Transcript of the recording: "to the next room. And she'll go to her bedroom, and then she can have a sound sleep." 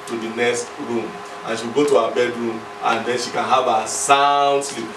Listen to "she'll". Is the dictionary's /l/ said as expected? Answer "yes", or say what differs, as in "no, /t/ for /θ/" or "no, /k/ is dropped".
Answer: no, /w/ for /l/